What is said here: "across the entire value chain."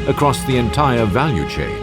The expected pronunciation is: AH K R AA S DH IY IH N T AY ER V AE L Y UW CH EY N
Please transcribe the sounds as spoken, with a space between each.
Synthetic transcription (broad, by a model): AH K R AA S DH IY IH N T AY ER V AE L Y UW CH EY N